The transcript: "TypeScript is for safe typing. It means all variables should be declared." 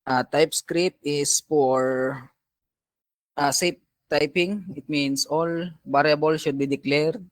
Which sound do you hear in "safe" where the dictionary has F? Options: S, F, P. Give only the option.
P